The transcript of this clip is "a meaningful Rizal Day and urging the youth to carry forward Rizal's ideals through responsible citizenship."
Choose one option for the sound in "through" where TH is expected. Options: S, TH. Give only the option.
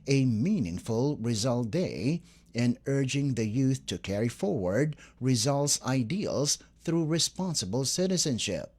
TH